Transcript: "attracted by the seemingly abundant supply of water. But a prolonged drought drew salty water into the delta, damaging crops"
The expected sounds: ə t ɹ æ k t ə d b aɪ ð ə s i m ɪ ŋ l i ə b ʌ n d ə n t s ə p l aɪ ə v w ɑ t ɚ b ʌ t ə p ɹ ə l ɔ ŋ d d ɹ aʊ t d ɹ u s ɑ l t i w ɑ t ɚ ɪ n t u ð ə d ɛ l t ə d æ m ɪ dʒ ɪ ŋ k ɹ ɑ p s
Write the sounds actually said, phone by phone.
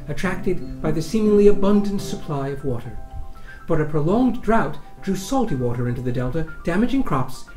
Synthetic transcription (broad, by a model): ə t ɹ æ k t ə d b aɪ ð ə s i m ɪ ŋ l i ə b ʌ n d ə n t s ə p l aɪ ə v w ɑ t ɚ b ʌ t ə p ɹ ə l ɔ ŋ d d ɹ aʊ t d ɹ u s ɑ l t i w ɑ t ɚ ɪ n t u ð ə d ɛ l t ə d æ m ɪ dʒ ɪ ŋ k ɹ ɑ p s